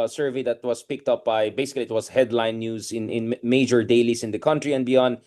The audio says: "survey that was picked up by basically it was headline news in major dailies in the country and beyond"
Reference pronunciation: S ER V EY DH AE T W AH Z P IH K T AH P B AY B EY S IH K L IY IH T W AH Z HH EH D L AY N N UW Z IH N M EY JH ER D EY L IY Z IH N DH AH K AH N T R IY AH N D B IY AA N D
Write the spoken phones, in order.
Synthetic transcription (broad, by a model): S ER V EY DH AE T W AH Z P IH K T AH P B AY B EY S IH K L IY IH T W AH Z HH EH D L AY N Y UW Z IH N M EY JH ER D EY L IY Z IH N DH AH K AH N T R IY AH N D B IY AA N D